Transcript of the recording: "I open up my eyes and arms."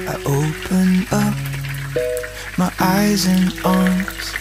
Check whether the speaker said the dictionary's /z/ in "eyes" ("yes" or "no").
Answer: yes